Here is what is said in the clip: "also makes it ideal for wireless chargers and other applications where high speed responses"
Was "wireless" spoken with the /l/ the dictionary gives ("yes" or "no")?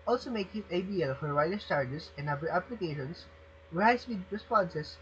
no